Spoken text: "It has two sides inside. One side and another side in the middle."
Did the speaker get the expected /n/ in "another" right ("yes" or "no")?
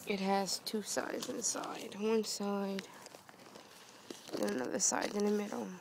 yes